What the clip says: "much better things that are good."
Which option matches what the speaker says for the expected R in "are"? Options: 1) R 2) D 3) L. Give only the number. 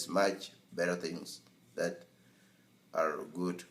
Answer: 1